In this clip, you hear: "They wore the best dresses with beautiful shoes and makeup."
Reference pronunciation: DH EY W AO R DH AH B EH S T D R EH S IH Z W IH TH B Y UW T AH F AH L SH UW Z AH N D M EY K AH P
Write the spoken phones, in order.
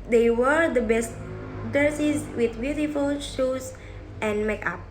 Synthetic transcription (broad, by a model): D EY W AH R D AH B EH S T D EH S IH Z W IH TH B Y UW T AH F AH L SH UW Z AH N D M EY K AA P